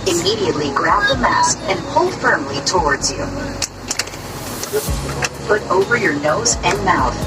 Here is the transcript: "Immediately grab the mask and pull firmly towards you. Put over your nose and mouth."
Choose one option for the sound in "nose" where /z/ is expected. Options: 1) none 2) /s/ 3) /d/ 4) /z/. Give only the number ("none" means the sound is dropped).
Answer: 4